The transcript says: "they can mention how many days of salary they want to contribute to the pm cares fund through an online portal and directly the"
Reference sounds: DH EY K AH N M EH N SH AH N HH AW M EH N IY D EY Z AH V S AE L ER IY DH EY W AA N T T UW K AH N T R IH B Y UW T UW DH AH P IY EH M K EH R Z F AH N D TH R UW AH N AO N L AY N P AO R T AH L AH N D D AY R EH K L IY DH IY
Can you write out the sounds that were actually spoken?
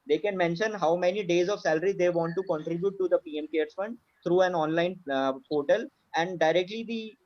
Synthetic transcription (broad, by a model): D EY K AH N M EH N SH AH N HH AW M EH N IY D EY Z AH V S AE L ER IY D EY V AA N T T UW K AH N T R IH B Y UW T UW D AH P IY EH M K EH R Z F AH N D T R UW AH N AO N L AY N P AO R T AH L AH N D D AY R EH K L IY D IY